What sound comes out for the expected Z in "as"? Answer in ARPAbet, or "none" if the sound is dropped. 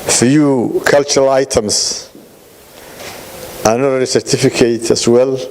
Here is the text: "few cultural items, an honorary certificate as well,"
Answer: S